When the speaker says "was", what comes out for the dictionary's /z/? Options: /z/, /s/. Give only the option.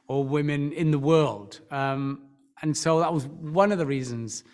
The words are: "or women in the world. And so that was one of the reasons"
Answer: /z/